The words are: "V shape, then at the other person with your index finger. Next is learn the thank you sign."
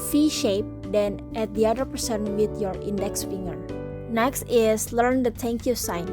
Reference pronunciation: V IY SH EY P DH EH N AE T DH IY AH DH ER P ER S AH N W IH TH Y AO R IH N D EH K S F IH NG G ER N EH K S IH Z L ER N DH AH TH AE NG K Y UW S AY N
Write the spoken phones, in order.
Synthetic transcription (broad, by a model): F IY SH EY P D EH N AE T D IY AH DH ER P ER S AH N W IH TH Y AO R IH N D EH K S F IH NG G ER N EH K S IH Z L ER N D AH T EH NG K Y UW S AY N